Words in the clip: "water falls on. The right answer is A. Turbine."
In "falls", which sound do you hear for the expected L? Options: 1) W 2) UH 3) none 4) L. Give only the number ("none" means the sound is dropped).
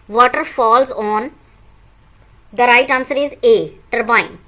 4